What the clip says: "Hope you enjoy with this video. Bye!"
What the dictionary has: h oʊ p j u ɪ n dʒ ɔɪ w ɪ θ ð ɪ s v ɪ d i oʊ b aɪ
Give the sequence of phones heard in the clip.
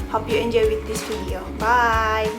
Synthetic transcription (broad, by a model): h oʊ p j u ɪ n dʒ ɔɪ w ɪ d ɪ s f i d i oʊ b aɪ